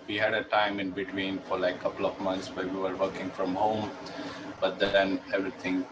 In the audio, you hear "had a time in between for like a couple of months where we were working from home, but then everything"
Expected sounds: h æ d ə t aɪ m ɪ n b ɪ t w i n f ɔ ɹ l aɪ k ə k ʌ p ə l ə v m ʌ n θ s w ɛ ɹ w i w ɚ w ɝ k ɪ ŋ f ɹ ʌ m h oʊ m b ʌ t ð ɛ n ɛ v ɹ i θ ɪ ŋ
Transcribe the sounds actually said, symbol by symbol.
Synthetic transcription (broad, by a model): h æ d ə t aɪ m ɪ n b ɪ t w i n f ɔ ɹ l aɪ ə k ʌ p ə l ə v m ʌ n t s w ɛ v i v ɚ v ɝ k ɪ ŋ f ɹ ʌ m h oʊ m b ʌ t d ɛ n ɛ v ɹ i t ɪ ŋ